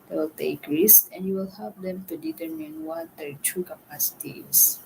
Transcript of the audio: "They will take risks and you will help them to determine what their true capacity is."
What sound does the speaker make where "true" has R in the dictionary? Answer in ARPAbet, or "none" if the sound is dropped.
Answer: none